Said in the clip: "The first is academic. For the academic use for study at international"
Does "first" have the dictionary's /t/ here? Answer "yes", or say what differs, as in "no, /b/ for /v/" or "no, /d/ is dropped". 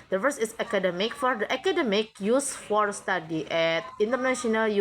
no, /t/ is dropped